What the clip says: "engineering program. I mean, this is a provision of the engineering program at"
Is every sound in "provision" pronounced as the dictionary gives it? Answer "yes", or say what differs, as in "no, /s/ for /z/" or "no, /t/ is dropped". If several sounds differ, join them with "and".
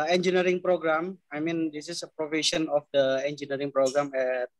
no, /s/ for /ʒ/